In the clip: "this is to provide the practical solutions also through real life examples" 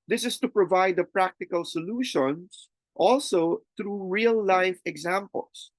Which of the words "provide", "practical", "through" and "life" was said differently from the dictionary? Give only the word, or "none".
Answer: through